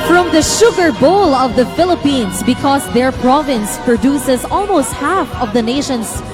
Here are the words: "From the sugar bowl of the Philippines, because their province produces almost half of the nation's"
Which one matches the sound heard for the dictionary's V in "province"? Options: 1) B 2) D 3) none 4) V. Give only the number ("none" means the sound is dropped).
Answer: 4